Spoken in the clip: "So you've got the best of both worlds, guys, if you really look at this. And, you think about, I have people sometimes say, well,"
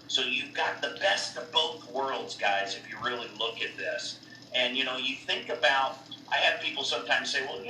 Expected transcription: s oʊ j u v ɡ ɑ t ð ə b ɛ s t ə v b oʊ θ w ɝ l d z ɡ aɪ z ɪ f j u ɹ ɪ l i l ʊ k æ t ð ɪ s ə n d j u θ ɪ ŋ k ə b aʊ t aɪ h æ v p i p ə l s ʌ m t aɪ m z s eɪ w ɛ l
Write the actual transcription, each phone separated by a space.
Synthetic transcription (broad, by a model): s oʊ j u v ɡ ɑ t ð ə b ɛ s t ə v b oʊ θ w ɝ l d z ɡ aɪ z ɪ f j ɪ ɹ ɪ l i l ʊ k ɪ t ð ɪ s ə n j j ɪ θ ɪ ŋ k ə b aʊ t aɪ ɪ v p i p l s ʌ m t aɪ m z s eɪ w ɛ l